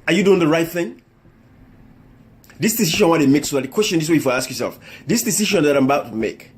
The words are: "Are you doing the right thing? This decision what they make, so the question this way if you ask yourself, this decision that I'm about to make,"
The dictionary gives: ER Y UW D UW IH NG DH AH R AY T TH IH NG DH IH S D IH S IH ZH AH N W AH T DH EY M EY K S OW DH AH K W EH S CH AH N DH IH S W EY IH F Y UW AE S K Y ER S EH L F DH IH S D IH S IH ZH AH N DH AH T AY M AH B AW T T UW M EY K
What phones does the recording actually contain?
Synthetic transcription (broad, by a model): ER Y UW D UW IH NG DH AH R AY T TH IH NG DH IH S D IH S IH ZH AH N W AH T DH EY M EY K S OW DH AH K W EH S CH AH N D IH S W EY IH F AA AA S K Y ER S EH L F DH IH S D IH S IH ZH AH N DH AH T AY M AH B AW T T UW M EY K